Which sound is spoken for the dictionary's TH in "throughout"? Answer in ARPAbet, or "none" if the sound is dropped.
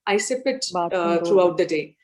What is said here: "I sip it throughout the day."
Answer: T